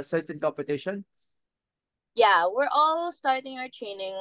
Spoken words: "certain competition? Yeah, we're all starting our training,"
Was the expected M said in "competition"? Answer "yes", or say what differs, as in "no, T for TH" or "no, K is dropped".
yes